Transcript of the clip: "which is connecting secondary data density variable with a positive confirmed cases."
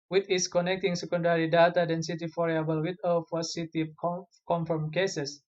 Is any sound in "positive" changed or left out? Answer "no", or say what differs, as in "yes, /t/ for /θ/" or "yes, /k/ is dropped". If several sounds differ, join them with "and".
yes, /f/ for /p/ and /s/ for /z/